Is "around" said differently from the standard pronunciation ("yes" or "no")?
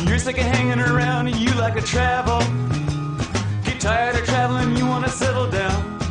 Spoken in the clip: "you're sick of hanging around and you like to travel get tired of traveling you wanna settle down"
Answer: no